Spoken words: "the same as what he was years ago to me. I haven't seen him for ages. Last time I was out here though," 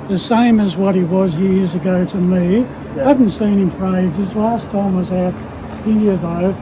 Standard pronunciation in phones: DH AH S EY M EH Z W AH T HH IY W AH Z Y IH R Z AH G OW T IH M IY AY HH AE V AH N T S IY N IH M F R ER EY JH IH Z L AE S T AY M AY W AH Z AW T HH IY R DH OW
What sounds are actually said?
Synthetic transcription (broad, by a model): DH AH S EY M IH Z W AH T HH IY W AH Z Y IH R Z AH G OW T IH M IY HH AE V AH N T S IY N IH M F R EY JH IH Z L AE S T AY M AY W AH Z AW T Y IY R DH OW